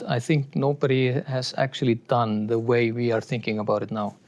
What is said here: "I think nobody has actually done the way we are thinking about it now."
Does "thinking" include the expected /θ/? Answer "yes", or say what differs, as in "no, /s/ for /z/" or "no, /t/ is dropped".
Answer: no, /t/ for /θ/